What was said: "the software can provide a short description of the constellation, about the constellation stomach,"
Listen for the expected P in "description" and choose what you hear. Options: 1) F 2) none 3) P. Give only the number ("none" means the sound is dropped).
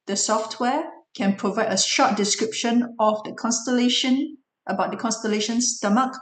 3